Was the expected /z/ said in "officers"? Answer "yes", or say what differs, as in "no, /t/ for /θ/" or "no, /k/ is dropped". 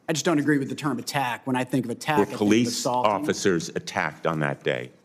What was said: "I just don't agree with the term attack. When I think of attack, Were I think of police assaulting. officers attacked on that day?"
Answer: yes